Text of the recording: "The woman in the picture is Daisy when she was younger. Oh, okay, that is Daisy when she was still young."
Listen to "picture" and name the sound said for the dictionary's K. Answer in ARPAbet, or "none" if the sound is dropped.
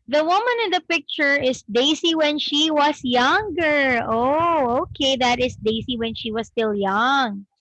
K